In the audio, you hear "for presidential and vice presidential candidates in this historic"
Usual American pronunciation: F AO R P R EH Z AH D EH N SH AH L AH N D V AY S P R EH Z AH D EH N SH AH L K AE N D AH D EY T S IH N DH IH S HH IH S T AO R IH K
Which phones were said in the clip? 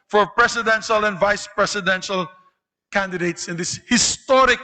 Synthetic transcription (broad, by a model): F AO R P R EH S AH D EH N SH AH L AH N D V AY S P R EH S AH D EH N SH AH L K AE N D AH D EY T S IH N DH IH S HH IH S T AO R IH K